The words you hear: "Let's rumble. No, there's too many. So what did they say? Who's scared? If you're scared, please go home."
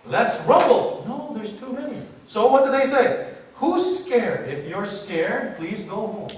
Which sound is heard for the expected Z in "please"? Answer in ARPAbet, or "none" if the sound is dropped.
Z